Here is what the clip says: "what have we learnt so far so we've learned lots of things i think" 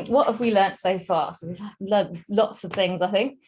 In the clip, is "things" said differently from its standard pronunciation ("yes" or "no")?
no